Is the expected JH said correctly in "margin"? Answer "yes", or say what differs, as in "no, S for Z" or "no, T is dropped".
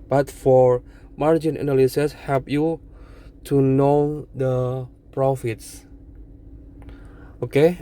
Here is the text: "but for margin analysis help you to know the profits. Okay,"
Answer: yes